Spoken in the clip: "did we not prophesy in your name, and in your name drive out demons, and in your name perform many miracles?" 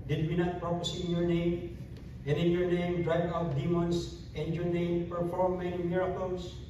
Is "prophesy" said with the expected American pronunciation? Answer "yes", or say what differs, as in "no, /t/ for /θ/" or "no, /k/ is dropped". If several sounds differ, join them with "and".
no, /p/ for /f/